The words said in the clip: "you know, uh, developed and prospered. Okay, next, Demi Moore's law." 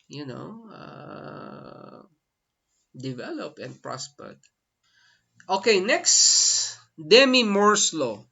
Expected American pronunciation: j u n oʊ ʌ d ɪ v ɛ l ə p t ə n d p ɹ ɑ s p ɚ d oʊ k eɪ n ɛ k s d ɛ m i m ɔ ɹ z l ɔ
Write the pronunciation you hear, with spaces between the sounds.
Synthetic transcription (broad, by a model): j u n oʊ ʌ d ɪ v ɛ l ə p ə n d p ɹ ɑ s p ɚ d oʊ k eɪ n ɛ k s d ɛ m i m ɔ ɹ s l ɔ